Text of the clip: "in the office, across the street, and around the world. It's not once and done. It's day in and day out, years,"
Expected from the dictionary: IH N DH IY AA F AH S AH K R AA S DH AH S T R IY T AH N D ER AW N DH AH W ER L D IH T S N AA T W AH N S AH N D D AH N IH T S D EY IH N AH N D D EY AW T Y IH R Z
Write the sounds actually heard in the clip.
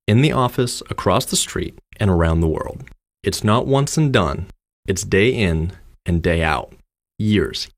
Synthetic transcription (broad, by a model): IH N DH IY AA F AH S AH K R AA S DH AH S T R IY T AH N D ER AW N DH AH W ER L D IH T S N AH T W AH N S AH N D D AH N IH T S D EY IH N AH N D D EY AW T Y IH R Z